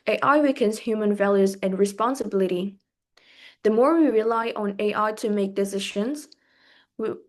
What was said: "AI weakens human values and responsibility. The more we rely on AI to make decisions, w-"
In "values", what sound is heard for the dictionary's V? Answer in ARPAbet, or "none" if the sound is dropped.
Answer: V